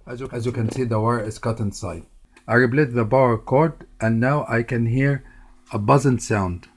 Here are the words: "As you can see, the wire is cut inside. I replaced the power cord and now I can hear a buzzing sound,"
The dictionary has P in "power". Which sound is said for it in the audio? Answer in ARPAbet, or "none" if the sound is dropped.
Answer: B